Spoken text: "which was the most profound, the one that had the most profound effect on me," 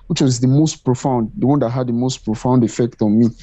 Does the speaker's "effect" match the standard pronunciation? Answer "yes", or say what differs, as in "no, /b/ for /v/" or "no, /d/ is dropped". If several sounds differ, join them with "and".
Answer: yes